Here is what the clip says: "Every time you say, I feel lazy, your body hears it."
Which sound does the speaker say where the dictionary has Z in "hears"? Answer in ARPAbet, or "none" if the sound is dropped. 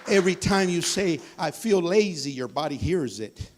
Z